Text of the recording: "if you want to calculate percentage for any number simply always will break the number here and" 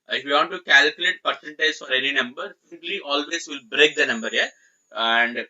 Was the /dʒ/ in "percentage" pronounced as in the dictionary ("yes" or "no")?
no